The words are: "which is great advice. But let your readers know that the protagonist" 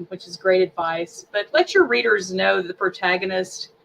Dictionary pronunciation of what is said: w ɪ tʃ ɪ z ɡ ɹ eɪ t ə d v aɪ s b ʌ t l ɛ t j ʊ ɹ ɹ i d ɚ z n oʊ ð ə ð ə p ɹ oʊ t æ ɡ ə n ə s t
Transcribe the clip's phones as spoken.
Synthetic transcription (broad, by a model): w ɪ tʃ ɪ z ɡ ɹ eɪ t ə d v aɪ s b ʌ t l ɛ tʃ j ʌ ɹ ɹ i d ɚ z n oʊ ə ð ə p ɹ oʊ t æ ɡ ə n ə s t